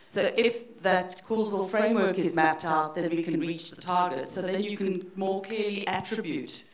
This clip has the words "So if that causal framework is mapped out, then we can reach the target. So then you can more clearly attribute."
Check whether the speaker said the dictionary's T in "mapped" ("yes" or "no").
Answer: yes